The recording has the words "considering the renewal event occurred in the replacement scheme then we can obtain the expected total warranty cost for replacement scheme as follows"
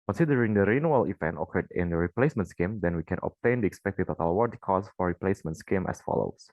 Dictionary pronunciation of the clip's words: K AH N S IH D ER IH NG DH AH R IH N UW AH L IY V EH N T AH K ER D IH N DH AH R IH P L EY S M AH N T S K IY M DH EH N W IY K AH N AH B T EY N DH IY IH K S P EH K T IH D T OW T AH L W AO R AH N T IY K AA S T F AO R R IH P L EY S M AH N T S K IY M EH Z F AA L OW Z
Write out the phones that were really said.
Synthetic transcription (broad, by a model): K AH N S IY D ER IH NG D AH R IH N UW AH L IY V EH N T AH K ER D IH N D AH R IH P L EY S M AH N T S K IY M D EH N W IY K AH N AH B T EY N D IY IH K S P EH K T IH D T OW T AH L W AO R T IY K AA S F AO R R IH P L EY S M AH N T S K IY M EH S F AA L OW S